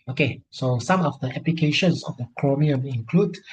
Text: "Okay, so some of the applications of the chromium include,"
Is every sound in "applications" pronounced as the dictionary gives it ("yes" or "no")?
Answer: no